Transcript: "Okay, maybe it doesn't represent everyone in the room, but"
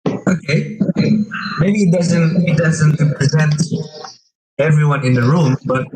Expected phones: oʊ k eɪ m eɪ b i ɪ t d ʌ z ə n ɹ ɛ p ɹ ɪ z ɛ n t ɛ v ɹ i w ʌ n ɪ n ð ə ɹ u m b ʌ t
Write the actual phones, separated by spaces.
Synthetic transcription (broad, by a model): oʊ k eɪ m eɪ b i ɪ t d ʌ z ə n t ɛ p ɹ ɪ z ɛ n t ɛ v ɹ i w ʌ n ɪ n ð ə ɹ u m b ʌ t